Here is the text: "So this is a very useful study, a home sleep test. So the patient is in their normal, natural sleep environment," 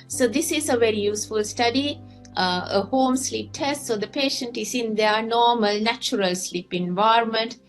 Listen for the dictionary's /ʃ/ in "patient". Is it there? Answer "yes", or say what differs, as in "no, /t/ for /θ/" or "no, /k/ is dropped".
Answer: yes